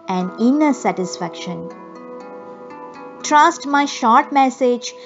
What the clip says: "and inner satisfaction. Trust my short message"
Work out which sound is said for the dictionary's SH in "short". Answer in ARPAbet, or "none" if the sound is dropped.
SH